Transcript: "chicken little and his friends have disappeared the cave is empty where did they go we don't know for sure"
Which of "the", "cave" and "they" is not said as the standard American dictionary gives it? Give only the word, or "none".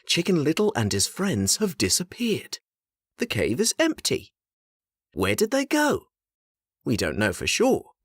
none